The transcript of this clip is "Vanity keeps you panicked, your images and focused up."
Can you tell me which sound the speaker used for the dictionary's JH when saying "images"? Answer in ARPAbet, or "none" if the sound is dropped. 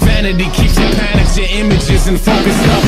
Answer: JH